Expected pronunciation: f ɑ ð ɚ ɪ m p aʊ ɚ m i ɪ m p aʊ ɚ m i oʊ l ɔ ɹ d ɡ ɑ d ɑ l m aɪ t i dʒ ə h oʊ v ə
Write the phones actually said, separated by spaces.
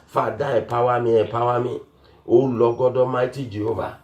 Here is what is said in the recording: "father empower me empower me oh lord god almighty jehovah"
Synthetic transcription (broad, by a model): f ɑ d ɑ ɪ p aʊ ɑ m i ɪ p aʊ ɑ m i oʊ l ɔ ɡ ɑ d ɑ m aɪ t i dʒ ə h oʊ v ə